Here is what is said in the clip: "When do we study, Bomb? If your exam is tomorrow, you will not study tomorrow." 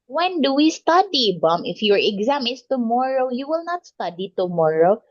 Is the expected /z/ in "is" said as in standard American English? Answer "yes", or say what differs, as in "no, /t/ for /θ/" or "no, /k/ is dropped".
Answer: no, /s/ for /z/